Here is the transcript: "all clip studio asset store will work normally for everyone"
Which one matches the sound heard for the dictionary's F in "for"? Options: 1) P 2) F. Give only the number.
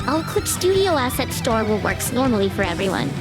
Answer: 2